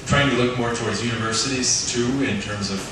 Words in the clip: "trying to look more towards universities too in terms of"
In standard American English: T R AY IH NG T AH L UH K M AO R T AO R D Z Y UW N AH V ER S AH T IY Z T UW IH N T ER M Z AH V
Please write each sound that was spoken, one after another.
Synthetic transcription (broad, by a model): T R AY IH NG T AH L UH K M AO R T AO R D Z Y UW N AH V ER S AH T IY Z T UW IH N T ER M Z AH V